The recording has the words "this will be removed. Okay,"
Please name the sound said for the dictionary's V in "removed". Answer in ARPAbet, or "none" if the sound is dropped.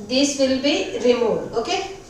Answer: none